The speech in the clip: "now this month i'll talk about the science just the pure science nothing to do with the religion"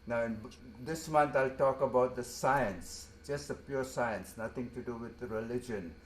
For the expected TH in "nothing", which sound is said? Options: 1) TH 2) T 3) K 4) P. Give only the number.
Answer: 2